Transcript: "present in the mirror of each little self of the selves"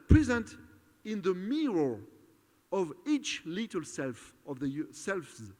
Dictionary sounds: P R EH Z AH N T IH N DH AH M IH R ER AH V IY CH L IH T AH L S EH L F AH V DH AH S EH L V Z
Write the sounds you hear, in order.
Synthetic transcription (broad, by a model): P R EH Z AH N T IH N DH AH M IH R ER AH V IY CH L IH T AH L S EH L F AH V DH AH S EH L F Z